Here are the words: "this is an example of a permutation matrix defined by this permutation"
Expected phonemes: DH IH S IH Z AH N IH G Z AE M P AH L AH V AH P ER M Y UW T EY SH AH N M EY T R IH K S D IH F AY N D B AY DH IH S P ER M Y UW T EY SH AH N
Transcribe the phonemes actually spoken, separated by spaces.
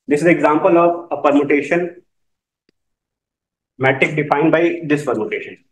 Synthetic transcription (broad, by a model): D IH S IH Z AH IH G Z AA M P AH L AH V AH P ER M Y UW T EY SH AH N M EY T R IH K D IH F AY N D B AY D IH S P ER M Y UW T EY SH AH N